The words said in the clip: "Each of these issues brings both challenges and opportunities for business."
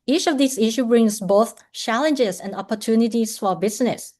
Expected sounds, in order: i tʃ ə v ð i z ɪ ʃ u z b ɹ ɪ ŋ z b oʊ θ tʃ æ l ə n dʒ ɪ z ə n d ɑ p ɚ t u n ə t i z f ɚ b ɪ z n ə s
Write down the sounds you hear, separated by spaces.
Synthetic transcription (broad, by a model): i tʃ ə v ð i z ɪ ʃ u b ɹ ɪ ŋ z b oʊ θ tʃ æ l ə n dʒ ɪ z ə n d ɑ p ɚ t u n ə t i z f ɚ b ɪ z n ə s